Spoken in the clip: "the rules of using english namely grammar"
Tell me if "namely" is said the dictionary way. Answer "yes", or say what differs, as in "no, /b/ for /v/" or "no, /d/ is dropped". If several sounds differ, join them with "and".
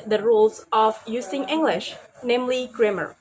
yes